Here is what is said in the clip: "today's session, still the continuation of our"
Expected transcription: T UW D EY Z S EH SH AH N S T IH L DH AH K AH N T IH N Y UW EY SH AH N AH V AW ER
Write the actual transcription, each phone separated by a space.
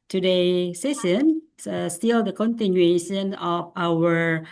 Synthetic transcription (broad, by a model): T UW D EY S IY S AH N S T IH L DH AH K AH N T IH N Y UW EY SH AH N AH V AW ER